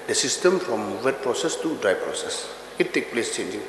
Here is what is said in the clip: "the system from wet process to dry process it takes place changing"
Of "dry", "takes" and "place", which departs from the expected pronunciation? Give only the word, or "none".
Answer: takes